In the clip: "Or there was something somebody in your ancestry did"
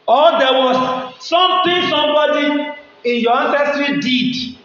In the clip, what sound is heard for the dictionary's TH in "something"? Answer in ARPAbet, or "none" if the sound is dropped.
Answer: T